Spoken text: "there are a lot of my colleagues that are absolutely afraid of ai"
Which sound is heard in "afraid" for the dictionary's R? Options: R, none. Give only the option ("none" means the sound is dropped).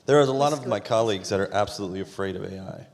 R